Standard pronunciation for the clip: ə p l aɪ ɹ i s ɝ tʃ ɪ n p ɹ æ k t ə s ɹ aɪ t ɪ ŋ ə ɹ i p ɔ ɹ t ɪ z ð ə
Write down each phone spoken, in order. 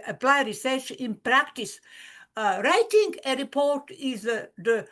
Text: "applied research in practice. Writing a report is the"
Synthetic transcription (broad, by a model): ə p l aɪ ɹ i s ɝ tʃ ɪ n p ɹ æ k t ə s ɹ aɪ t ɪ ŋ ə ɹ i p ɔ ɹ t ɪ z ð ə